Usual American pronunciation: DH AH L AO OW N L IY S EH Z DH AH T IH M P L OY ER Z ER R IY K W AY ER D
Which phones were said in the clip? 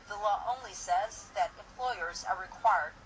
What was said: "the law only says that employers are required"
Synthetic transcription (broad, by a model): DH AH L AO OW N L IY S EH Z DH AH T IH M P L OY ER Z ER R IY K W AY ER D